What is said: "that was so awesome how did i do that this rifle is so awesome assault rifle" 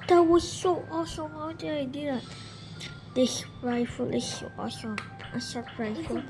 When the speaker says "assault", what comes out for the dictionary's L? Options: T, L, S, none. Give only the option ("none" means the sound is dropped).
none